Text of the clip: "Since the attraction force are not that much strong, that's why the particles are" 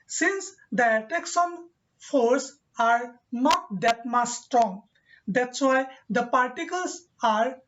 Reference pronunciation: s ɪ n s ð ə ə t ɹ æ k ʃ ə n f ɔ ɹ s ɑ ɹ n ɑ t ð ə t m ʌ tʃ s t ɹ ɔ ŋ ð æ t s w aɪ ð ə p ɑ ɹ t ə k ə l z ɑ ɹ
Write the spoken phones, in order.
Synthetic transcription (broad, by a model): s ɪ n s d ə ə t ɛ k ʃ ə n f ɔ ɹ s ɑ ɹ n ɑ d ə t m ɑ s t ɹ ɔ ŋ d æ t s w aɪ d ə p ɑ ɹ t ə k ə l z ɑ ɹ